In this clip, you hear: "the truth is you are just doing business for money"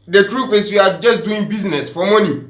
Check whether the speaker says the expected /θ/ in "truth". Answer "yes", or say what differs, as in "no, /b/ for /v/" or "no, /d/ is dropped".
no, /f/ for /θ/